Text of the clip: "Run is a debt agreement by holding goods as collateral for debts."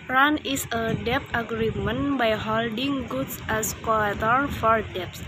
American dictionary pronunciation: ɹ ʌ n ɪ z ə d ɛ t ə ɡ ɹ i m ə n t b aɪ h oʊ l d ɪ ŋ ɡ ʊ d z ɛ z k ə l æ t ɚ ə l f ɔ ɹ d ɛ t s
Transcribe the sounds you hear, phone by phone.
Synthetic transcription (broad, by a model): ɹ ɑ n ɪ s ə d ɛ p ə ɡ ɹ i m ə n b aɪ h oʊ l d ɪ ŋ ɡ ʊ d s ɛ s k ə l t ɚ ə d f ɔ ɹ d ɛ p s